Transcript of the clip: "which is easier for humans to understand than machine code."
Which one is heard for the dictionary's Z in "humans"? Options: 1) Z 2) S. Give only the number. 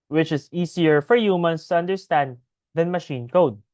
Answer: 2